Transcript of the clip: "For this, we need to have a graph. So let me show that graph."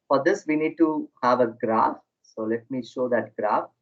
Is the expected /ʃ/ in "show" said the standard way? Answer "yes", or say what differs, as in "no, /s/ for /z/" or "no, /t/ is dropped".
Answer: yes